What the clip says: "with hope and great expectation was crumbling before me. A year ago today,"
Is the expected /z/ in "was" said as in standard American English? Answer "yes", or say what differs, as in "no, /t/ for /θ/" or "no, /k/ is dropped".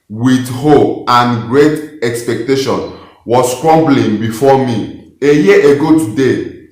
no, /s/ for /z/